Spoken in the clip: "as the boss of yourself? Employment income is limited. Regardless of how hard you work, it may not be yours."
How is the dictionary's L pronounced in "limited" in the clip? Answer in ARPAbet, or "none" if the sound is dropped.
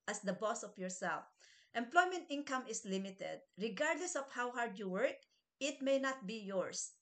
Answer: L